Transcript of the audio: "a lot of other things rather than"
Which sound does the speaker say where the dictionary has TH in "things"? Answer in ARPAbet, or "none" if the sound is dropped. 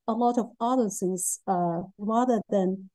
S